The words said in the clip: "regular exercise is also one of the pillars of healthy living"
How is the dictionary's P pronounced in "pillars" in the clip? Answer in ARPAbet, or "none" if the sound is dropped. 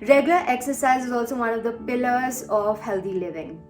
P